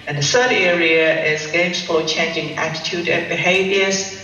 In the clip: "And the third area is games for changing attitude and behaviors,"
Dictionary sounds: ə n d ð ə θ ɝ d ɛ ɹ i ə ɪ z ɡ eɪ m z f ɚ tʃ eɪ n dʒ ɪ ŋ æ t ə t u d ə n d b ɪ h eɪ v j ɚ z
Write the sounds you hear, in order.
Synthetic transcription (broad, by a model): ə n ð ə s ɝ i ɛ ɹ i ə ɪ z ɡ eɪ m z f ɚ tʃ eɪ n dʒ ɪ ŋ æ t ə t u d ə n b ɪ h eɪ v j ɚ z